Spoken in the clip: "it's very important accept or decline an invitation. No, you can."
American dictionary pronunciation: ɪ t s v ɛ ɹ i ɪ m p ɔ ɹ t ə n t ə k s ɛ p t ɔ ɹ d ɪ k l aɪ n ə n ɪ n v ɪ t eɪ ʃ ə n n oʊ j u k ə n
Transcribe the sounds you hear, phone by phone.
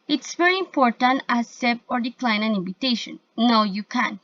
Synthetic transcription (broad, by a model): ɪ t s v ɛ ɹ i ɪ m p ɔ ɹ t ə n t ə s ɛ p ɔ ɹ d ɪ k l aɪ n ə n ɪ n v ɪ t eɪ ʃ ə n n oʊ j u k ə n